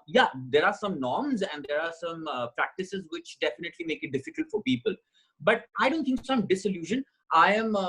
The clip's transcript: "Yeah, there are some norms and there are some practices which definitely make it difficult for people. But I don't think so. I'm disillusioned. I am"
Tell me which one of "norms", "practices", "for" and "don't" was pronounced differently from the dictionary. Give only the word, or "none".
none